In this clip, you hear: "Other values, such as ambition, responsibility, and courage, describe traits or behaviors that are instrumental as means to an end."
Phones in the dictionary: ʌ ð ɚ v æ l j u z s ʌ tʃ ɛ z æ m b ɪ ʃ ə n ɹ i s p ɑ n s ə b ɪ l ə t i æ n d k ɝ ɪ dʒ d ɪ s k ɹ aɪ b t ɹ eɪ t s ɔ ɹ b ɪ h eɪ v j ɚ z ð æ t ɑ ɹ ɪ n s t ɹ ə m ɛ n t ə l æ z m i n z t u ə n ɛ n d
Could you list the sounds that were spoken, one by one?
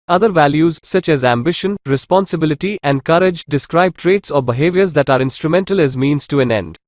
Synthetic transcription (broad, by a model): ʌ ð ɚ v æ l j u z s ʌ tʃ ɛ z æ m b ɪ ʃ ə n ɹ i s p ɑ n s ə b ɪ l ə t i æ n d k ɝ ɪ dʒ d ɪ s k ɹ aɪ b t ɹ eɪ t s ɔ ɹ b ɪ h eɪ v j ɚ z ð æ t ɑ ɹ ɪ n s t ɹ ə m ɛ n t ə l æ z m i n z t u ə n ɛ n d